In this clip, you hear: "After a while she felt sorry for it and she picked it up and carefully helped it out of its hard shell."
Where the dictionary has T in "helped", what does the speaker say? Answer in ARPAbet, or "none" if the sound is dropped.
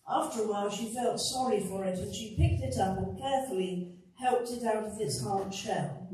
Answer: T